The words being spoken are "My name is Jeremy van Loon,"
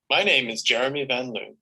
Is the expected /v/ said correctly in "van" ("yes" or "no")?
yes